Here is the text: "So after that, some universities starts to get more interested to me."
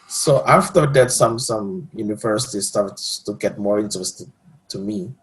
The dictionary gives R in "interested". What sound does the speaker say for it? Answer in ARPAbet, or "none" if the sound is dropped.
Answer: none